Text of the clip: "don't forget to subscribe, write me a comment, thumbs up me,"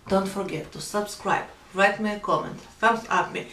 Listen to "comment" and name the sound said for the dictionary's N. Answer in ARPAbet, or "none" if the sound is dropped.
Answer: N